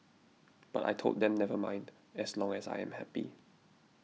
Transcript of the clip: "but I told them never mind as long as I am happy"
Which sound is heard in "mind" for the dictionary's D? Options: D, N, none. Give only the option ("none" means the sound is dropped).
D